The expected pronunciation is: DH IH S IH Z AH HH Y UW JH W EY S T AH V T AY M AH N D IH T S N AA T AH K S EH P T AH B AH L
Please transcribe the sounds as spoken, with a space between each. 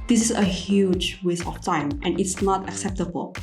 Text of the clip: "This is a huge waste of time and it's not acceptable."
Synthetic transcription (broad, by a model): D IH S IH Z AH HH Y UW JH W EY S AH F T AY M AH N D IH T S N AA T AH K S EH P T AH B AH L